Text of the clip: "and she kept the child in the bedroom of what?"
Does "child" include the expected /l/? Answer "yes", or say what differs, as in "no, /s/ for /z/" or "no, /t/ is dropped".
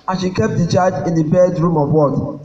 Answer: no, /l/ is dropped